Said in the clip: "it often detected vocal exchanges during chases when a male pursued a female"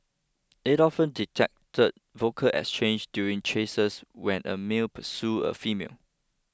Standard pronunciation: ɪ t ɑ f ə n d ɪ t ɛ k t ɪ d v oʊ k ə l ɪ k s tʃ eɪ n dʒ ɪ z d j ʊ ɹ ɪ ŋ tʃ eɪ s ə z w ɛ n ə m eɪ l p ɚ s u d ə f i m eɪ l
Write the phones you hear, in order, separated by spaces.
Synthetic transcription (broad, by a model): ɪ t ɑ f ə n d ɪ t ɛ k t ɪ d v oʊ k ə l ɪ k s tʃ eɪ n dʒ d j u ɹ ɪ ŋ tʃ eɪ s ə s w ɛ n ə m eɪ l p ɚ s u ə f i m eɪ l